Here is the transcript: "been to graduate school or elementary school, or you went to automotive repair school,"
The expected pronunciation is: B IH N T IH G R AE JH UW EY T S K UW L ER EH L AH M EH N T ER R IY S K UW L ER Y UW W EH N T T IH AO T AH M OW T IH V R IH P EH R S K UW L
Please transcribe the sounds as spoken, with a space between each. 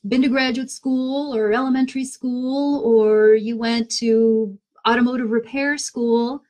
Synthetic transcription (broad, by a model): B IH N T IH G R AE JH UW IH T S K UW L ER EH L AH M EH N T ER R IY S K UW L ER Y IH W EH N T T IH AO T AH M OW T IH V R IH P EH R S K UW L